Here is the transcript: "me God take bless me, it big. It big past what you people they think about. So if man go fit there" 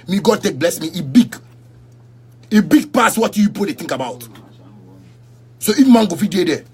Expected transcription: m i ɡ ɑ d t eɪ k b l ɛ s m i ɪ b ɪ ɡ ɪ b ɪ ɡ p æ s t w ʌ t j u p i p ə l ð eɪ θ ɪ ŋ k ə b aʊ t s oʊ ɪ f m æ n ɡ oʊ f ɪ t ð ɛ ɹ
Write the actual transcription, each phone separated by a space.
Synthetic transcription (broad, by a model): m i ɡ ɑ d t eɪ k b l ɛ s m i ɪ b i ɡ ɪ b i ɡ p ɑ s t w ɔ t j u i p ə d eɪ t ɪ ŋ k ə b aʊ t s oʊ ɪ f m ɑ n ɡ oʊ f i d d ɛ